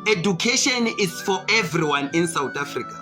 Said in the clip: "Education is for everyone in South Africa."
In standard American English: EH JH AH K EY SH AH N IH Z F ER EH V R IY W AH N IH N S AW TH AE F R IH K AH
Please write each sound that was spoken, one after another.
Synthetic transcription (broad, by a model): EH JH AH K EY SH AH N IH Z F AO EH V R IY W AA N IH N S AW T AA F R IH K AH